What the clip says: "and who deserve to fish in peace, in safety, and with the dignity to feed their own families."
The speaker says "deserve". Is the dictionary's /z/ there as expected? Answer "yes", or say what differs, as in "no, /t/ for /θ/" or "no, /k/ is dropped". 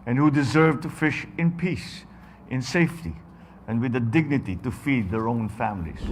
yes